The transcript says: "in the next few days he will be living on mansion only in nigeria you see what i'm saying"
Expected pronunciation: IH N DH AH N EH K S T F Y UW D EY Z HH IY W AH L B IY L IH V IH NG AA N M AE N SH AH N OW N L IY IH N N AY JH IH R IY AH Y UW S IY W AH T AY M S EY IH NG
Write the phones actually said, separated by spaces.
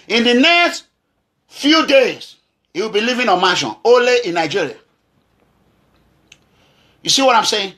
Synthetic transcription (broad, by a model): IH N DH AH N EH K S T F Y UW D EY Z HH IY W AH L B IY L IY V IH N AA N M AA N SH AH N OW L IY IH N N AY JH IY R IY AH Y UW S IY W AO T AY M S EY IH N